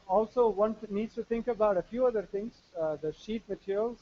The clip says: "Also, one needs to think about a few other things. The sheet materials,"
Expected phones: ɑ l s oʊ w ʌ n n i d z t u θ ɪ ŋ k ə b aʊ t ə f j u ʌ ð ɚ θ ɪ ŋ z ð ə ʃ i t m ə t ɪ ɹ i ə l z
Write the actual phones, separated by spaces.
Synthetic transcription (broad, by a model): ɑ l s oʊ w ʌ n n i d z t u t ɪ ŋ k ə b aʊ t ə f j u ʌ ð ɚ t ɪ ŋ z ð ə ʃ i t m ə t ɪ ɹ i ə l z